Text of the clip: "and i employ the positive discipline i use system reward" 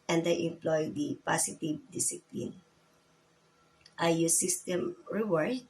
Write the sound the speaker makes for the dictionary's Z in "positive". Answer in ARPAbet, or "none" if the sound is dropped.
S